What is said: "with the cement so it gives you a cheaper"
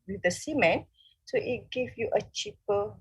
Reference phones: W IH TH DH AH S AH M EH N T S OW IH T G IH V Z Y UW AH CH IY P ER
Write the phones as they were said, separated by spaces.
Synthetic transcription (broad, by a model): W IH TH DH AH S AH M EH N S OW IH T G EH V Y UW AH CH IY P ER